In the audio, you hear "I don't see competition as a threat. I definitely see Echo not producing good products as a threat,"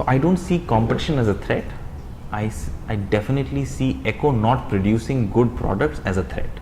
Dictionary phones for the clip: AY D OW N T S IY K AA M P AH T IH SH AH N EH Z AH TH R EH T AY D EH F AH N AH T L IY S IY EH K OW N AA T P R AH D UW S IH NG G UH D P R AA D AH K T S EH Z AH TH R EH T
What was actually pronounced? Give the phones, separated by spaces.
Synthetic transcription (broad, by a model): AY D OW N T S IY K AA M P AH T IH SH AH N EH Z AH T R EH T AY D EH F AH N AH T L IY S IY EH K OW N AA T P R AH D UW S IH NG G UH D P R AA D AH K T S EH Z AH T R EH T